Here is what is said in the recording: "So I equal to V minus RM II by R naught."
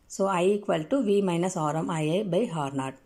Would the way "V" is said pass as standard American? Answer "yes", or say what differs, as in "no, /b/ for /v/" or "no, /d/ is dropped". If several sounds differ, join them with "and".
yes